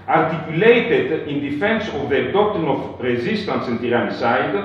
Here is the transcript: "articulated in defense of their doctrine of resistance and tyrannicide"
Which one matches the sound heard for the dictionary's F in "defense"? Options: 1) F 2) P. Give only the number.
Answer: 1